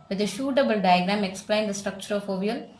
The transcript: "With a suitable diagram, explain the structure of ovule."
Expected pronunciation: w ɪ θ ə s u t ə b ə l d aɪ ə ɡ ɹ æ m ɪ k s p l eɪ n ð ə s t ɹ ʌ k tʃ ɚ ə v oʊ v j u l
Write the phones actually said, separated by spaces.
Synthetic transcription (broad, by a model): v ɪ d ə ʃ u t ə b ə l d aɪ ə ɡ ɹ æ m ɪ k s p l eɪ n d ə s t ɹ ʌ k tʃ ɚ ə f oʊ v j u l